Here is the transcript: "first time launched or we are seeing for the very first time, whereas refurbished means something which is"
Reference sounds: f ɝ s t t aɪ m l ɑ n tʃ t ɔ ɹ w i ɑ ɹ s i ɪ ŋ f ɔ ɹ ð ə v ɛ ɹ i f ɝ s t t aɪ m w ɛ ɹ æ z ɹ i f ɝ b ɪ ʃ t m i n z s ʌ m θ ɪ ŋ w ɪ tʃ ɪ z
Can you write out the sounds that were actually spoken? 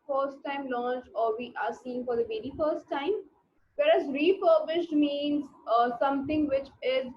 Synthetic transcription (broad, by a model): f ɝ s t t aɪ m l ɑ n tʃ t ɔ ɹ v i ɑ ɹ s i ɪ ŋ f ɔ ɹ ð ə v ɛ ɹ i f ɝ s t t aɪ m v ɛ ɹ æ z ɹ i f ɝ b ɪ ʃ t m i n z s ʌ m t ɪ ŋ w ɪ tʃ ɪ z